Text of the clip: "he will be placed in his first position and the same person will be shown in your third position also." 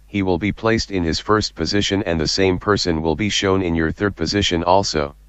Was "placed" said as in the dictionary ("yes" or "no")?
yes